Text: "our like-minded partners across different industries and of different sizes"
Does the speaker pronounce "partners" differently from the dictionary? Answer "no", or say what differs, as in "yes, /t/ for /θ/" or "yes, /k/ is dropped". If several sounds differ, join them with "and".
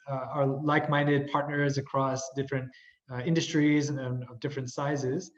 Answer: no